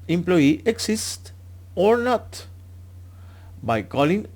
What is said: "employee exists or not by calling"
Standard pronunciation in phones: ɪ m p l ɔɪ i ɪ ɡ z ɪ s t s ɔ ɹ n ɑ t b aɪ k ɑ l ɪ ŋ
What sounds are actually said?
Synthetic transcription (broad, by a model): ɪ m p l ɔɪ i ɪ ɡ s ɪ s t ɔ ɹ n ɑ t b aɪ k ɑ l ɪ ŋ